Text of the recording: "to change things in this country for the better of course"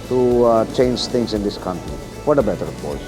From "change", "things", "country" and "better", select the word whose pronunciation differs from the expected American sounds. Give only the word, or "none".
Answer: things